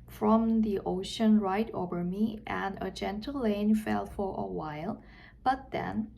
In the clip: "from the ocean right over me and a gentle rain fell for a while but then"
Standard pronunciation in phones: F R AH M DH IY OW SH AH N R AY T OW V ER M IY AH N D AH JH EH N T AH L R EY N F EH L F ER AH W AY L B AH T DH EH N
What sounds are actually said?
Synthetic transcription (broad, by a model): F R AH M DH IY OW SH AH N R AY T OW V ER M IY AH N AH JH EH N T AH L L EY N F EH L F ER AH W AY L B AH T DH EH N